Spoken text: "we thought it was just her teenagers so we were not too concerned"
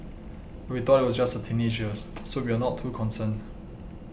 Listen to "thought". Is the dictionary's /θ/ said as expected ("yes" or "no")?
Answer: no